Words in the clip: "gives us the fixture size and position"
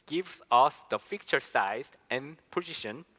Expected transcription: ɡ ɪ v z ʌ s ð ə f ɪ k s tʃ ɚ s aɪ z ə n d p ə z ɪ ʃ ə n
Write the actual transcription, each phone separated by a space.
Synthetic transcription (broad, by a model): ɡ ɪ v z ʌ s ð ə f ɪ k tʃ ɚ s aɪ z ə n p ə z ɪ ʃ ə n